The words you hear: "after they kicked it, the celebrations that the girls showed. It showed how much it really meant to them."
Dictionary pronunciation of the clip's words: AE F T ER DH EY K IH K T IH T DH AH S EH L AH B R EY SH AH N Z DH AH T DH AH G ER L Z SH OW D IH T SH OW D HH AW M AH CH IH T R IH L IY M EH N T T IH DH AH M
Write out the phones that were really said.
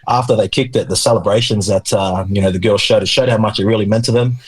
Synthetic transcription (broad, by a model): AE F T ER DH EY K IH K T IH T DH AH S EH L AH B R EY SH AH N Z DH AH T DH AH G ER L Z SH OW D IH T SH OW D HH AW M AH CH IH T R IH L IY M EH N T T IH DH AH M